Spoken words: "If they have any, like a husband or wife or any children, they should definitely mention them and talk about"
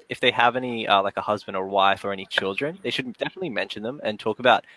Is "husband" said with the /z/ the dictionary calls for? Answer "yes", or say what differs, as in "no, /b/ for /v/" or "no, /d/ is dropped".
yes